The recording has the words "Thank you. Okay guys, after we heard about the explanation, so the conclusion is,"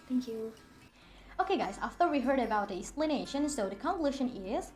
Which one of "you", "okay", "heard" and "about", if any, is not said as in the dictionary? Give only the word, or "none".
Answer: none